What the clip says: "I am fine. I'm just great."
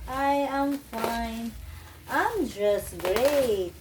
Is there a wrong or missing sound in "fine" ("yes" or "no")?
no